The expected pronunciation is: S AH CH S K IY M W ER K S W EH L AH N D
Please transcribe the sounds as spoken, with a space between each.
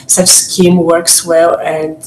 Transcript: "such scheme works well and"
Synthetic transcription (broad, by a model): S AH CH S K IY M W ER K S W EH L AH N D